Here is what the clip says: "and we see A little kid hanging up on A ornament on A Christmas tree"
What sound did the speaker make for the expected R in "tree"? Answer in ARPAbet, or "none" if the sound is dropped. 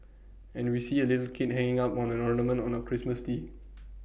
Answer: none